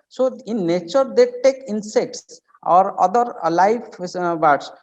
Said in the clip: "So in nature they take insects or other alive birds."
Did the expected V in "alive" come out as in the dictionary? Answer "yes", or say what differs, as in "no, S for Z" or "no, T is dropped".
no, F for V